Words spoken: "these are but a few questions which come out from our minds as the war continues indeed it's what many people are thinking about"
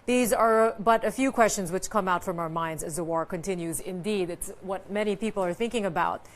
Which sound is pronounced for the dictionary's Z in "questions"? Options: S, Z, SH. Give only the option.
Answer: Z